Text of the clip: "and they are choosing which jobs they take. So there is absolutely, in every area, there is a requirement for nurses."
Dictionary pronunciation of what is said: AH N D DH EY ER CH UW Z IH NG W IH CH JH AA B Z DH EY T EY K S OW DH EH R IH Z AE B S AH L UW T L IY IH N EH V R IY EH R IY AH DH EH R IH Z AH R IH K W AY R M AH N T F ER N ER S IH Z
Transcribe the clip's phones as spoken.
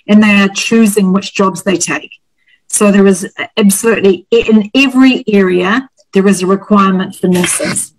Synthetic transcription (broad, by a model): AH N DH EY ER CH UW Z IH NG W IH CH JH AA B Z DH EY T EY K S OW DH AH R IH Z AE B S AH L UW T L IY IH N EH V R IY EH R IY AH DH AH R IH Z AH R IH K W AY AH M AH N T F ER N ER S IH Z